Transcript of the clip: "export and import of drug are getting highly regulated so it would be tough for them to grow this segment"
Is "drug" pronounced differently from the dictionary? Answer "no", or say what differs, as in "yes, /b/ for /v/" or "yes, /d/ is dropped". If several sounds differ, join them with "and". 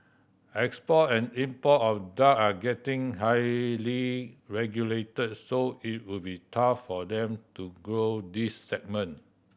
yes, /ɹ/ is dropped